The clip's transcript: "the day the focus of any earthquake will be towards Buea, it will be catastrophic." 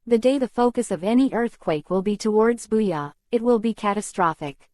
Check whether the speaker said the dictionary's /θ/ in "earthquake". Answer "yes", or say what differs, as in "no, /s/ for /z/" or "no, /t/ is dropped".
yes